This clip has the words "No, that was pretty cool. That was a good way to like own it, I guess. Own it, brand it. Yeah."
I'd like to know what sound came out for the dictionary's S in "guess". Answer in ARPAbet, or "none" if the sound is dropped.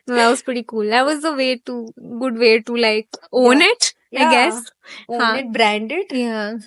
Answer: S